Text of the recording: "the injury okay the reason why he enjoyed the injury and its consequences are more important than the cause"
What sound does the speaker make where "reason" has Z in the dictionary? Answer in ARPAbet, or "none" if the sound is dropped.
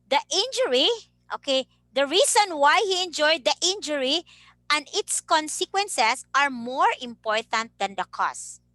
S